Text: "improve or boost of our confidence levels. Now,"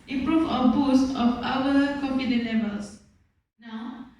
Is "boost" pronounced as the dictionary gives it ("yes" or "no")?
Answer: yes